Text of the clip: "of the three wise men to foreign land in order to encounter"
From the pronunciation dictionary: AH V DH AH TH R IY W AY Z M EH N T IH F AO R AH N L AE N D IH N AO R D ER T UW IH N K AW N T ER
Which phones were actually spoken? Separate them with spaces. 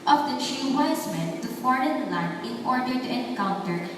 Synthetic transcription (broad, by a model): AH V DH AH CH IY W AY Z M EH N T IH F AO R AH N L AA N IH N AO R D ER T UW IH N K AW N T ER